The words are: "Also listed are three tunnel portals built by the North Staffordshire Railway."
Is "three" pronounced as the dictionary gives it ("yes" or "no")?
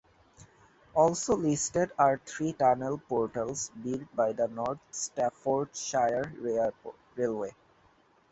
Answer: no